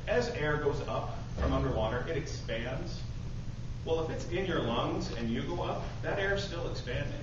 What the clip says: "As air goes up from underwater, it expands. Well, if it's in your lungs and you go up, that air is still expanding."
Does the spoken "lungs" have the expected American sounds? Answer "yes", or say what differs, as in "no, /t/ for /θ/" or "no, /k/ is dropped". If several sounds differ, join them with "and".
yes